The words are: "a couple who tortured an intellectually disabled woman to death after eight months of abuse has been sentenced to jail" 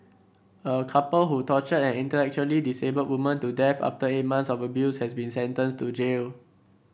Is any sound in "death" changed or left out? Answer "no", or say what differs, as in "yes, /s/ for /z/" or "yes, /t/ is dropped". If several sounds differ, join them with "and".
yes, /f/ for /θ/